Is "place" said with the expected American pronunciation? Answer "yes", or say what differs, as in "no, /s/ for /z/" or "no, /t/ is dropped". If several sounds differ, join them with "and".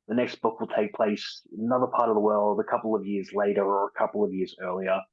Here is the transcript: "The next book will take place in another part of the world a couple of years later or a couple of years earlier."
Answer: no, /s/ is dropped